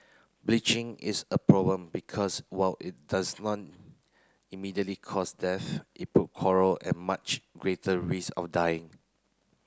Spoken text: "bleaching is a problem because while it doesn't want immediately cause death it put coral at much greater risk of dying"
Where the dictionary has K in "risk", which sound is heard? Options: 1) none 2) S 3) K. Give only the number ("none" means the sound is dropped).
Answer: 1